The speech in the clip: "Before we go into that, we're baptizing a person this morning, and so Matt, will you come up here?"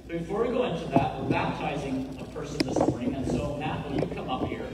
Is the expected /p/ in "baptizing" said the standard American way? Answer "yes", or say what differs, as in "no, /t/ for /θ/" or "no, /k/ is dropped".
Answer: yes